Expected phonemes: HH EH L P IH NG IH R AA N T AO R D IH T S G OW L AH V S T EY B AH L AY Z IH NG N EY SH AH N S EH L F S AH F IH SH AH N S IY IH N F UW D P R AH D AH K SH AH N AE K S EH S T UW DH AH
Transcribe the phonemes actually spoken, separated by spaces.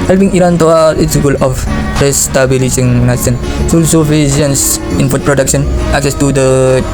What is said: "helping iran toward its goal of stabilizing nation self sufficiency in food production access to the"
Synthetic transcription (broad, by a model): HH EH L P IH NG IH R AA N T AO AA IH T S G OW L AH F S T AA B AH L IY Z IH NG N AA S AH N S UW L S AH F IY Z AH N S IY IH N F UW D P R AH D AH K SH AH N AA K S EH S T UW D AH